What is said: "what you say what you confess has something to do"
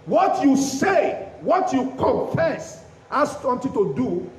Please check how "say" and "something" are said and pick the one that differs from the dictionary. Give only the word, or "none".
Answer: something